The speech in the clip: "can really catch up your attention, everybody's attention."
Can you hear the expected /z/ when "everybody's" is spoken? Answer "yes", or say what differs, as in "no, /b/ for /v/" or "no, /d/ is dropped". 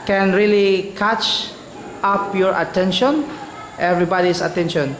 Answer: no, /s/ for /z/